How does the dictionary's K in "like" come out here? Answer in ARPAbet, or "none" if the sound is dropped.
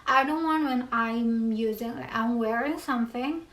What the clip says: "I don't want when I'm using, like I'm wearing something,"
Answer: none